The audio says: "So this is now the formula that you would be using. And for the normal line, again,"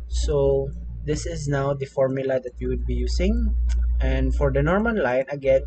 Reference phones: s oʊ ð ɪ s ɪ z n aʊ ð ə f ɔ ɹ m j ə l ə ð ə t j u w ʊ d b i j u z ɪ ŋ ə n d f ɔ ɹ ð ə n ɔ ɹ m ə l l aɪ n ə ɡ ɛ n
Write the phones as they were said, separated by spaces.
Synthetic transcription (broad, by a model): s oʊ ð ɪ s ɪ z n aʊ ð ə f ɔ ɹ m j ə l ə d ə t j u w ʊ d b i j u s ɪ ŋ ə n d f ɔ ɹ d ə n ɔ ɹ m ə n l aɪ n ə ɡ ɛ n